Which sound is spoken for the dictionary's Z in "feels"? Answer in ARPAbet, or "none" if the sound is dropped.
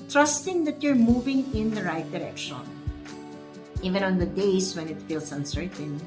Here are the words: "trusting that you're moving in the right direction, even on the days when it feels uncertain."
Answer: S